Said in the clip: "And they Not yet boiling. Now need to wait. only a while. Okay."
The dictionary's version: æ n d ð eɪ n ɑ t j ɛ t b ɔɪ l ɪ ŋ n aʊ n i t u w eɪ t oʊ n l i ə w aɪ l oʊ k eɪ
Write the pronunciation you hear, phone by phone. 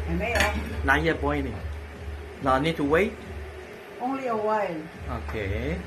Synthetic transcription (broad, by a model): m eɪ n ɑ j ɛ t b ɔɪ n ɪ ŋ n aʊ n i t u w eɪ t oʊ n l i ə w aɪ l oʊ k eɪ